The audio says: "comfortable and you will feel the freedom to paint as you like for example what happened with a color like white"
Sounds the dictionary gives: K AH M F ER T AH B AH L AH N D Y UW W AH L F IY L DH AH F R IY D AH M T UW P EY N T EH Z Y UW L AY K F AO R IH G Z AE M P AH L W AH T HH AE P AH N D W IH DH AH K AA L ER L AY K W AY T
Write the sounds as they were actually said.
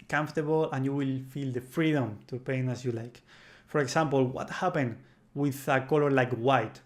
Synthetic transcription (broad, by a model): K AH M F T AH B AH L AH N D Y UW W AH L F IY L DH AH F R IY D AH M T UW P EY N AA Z Y UW L AY K F AO R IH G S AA M P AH L W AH T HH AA P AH N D W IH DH AH K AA L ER L AY K W AY T